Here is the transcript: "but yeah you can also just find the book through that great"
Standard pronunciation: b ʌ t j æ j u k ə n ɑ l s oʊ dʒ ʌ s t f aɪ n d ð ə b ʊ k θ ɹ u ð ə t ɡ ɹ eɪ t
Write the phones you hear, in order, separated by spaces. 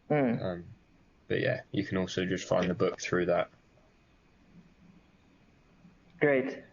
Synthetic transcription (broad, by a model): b ʌ t j æ j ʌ k ə n ɑ l s oʊ dʒ ʌ s t f aɪ n ð ə b ʊ k θ ɹ u ð ə t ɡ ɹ eɪ t